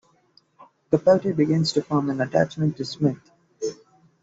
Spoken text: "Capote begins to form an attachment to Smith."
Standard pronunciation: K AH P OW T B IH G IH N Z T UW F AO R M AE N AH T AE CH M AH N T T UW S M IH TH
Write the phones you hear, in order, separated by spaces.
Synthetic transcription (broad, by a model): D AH P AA T B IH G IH N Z T UW F AO R M AE N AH T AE CH M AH N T T UW S M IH T